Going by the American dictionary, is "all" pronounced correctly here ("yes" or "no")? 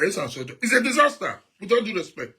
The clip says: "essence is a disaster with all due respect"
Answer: no